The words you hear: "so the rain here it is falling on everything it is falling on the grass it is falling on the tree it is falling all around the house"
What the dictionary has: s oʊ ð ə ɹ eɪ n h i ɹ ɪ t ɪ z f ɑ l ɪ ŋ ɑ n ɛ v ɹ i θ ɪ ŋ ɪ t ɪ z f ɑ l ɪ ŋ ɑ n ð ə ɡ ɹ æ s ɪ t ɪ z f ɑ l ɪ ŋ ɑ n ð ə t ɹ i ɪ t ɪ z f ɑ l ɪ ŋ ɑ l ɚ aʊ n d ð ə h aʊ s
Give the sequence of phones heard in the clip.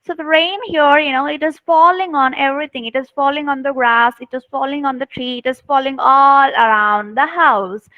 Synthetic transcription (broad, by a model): s oʊ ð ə ɹ eɪ n h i ɹ ɪ t ɪ z f ɑ l ɪ ŋ ɑ n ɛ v ɹ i t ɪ ŋ ɪ t ɪ z f ɑ l ɪ ŋ ɑ n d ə ɡ ɹ æ s ɪ t ɪ z f ɑ l ɪ ŋ ɑ n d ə t ɹ i ɪ t ɪ z f ɑ l ɪ ŋ ɑ l ɚ aʊ n d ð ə h aʊ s